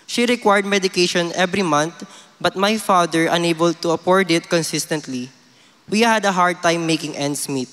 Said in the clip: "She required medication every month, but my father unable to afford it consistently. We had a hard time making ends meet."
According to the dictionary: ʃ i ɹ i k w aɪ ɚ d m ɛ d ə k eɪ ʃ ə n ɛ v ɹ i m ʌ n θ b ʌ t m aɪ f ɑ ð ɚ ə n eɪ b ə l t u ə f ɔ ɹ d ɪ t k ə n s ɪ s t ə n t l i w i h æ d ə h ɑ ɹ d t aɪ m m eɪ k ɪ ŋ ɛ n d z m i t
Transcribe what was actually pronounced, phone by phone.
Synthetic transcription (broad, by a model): ʃ i ɹ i k w aɪ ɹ d m ɛ d ə k eɪ ʃ ə n ɛ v ɹ i m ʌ n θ b ʌ t m aɪ f ɑ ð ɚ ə n eɪ b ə l t u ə p ɔ ɹ d ɪ t k ə n s ɪ s t ə n t l i w i h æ d ə h ɑ ɹ d t aɪ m m eɪ k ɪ ŋ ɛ n d s m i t